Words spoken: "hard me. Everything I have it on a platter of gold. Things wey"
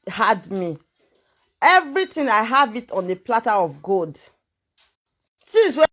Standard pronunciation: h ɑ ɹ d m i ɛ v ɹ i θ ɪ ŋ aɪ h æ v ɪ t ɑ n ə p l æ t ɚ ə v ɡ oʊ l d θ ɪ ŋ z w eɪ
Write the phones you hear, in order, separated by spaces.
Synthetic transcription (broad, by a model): h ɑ d m i ɛ v ɹ i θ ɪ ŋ aɪ h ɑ v ɪ t ɑ n ə p l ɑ t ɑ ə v ɡ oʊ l d s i z w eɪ